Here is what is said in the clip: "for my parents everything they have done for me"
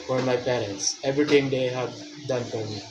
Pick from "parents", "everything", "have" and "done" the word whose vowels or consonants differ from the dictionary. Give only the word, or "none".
everything